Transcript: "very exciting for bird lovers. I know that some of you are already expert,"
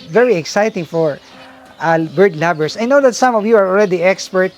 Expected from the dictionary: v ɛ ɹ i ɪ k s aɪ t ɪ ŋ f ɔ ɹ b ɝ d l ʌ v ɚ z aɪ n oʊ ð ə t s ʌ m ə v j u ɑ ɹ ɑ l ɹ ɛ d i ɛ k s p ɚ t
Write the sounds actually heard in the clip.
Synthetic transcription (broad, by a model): v ɛ ɹ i ɪ k s aɪ t ɪ ŋ f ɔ ɹ b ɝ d l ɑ b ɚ s aɪ n oʊ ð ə t s ʌ m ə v j u ɑ ɹ ɑ l ɹ ɛ d i ɛ k s p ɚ t